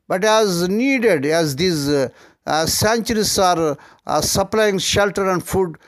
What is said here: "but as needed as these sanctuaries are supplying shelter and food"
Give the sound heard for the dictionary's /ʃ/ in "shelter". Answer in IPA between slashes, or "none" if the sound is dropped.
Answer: /ʃ/